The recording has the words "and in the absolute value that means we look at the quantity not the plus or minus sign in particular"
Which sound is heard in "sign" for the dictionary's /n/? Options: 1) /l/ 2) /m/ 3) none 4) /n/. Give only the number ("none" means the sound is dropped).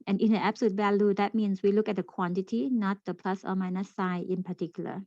3